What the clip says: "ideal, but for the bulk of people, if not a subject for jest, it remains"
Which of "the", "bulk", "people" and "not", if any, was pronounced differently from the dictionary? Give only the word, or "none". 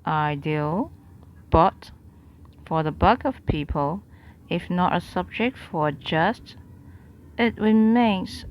bulk